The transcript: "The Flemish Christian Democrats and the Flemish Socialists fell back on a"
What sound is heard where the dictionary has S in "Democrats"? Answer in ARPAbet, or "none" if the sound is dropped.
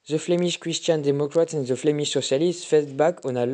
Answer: none